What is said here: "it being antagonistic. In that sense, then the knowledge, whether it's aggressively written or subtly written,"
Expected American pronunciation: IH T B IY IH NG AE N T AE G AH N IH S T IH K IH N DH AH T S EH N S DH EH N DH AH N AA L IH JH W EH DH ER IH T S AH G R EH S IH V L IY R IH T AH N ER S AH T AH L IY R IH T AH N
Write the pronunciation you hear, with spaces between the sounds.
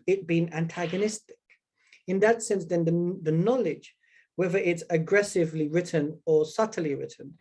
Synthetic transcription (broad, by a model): IH T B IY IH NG AE N T AE G AH N IH S T IH K IH N DH AH T S EH N S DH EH N DH AH N AA L IH JH W EH DH ER IH T S AH G R EH S IH V L IY R IH T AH N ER S AH T AH L IY R IH T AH N